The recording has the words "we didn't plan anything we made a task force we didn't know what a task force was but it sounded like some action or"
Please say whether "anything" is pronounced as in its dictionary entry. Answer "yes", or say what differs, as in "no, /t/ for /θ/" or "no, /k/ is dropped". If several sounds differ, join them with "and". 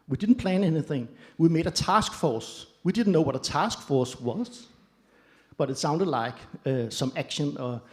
yes